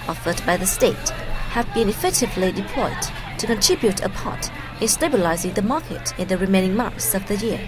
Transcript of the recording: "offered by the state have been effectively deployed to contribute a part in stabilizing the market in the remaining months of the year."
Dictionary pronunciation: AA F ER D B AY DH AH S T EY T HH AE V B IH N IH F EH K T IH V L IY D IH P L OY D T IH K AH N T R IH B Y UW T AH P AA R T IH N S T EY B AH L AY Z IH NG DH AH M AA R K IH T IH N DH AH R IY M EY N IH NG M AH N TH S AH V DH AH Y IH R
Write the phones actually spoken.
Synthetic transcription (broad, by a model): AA F ER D B AY DH AH S T EY T HH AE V B IH N IH F EH K T IH V L IY D IH P L OY D T IH K AH N T R IH B Y UW T AH P AA R T IH N S T EY B AH L AY Z IH NG DH AH M AA R K IH T IH N DH AH R IY M EY N IH NG M AH N TH S AH V DH AH Y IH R